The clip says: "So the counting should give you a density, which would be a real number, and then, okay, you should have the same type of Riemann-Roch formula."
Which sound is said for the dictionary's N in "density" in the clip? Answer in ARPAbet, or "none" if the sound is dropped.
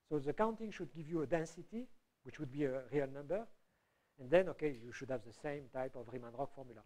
N